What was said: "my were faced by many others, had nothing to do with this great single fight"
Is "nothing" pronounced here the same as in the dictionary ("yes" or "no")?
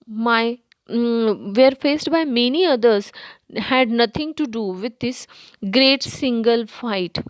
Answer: no